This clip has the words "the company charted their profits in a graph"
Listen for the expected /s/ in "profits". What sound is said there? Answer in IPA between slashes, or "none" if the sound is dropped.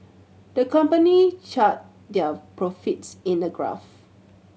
/s/